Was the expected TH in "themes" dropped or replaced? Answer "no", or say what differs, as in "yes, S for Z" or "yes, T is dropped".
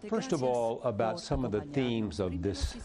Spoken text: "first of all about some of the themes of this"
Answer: no